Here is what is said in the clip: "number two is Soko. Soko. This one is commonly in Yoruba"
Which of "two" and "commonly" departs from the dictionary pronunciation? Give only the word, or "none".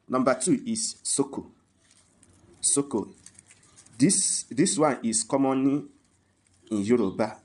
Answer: commonly